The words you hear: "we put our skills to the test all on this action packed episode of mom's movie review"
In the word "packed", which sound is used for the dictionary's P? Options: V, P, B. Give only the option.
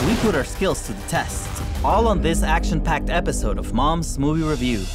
P